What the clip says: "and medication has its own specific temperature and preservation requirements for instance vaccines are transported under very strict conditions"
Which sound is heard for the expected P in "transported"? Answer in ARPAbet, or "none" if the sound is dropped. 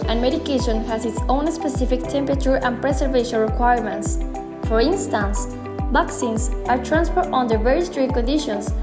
F